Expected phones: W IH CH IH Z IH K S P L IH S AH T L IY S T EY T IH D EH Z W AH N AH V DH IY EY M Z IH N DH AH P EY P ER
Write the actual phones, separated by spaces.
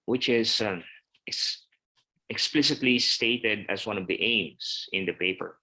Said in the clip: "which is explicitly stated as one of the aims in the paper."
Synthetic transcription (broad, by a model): W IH CH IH S IH K S P L IH S AH T L IY S T EY T IH D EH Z W AH N AH V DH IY EY M S IH N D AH P EY P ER